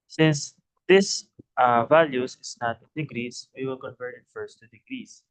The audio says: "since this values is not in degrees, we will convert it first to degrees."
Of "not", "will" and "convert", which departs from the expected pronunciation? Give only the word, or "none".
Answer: convert